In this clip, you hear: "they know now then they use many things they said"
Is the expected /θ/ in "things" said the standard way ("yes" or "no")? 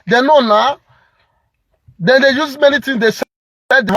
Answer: no